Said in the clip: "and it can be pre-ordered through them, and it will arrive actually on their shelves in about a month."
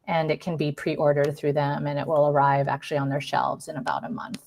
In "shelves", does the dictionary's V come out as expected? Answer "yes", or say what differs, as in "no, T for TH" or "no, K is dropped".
yes